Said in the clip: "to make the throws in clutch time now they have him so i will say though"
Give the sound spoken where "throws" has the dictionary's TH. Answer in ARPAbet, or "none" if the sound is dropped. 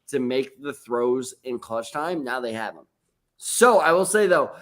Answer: TH